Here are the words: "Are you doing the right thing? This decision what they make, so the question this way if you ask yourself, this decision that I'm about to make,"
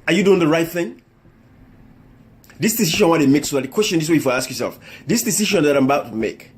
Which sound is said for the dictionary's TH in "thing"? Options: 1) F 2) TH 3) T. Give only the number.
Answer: 2